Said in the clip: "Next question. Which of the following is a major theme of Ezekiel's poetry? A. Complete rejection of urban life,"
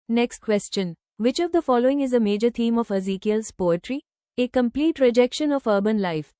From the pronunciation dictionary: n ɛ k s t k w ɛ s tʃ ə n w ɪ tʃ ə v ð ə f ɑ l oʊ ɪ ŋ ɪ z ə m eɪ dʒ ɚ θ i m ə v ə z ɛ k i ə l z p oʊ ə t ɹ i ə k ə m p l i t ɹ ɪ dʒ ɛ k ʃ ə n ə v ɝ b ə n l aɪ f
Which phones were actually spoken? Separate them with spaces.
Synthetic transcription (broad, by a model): n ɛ k s t k w ɛ s tʃ ə n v ɪ tʃ ə v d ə f ɑ l oʊ ɪ ŋ ɪ z ə m eɪ dʒ ɚ t i m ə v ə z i k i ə l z p oʊ ə t ɹ i ə k ə m p l i t ɹ ɪ dʒ ɛ k ʃ ə n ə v ɝ b ə n l aɪ f